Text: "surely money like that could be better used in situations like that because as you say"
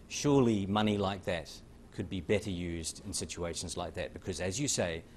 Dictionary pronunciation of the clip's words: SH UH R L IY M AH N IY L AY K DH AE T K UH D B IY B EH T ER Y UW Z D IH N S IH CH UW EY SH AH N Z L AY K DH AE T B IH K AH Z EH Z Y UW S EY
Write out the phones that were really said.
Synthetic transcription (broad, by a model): SH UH R L IY M AH N IY L AY K DH AE T K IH D B IY B EH T ER Y UW Z D IH N S IH CH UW EY SH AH N Z L AY K DH AE T B IH K AH Z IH Z Y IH S EY